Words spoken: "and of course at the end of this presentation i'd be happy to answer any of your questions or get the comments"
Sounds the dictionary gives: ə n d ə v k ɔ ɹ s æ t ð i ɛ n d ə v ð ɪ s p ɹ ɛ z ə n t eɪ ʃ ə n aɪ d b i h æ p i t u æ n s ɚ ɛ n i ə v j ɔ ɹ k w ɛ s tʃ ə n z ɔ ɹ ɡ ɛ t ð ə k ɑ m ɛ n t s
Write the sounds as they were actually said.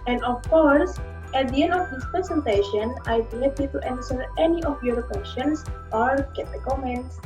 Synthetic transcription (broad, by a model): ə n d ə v k ɔ ɹ s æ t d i ɛ n d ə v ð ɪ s p ɹ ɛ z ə n t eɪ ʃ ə n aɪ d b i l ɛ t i t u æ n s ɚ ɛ n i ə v j ɔ ɹ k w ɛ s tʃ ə n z ɔ ɹ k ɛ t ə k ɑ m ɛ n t s